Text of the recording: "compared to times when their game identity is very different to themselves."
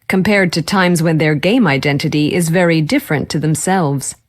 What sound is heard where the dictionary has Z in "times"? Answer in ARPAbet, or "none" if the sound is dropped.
Z